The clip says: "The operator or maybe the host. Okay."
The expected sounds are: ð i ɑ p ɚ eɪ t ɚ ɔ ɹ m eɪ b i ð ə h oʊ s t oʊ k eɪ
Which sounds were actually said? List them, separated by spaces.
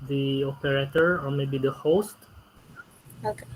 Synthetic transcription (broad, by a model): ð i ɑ p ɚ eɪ t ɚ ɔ ɹ m eɪ b i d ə h oʊ s t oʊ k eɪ